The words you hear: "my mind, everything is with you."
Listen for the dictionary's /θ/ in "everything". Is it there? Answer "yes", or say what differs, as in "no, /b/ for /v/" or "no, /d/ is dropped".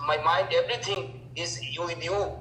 no, /t/ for /θ/